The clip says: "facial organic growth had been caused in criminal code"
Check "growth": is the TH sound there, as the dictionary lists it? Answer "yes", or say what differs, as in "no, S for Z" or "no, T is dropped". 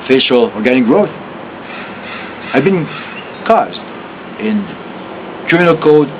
yes